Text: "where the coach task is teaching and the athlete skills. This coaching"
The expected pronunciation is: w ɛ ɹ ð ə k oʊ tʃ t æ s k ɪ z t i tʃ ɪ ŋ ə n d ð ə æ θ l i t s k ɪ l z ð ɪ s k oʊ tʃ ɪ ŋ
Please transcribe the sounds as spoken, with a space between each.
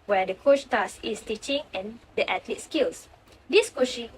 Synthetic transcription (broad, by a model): w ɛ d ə k oʊ tʃ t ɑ s ɪ s t i tʃ ɪ ŋ ə n d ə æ t l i t s k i l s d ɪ s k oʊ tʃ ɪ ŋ